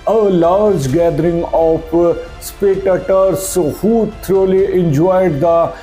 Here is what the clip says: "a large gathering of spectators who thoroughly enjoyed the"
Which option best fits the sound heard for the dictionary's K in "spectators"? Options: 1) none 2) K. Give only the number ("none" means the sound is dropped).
1